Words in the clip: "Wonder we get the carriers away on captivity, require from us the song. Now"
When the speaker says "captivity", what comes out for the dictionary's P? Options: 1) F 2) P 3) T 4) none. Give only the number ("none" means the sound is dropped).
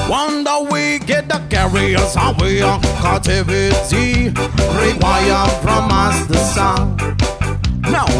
4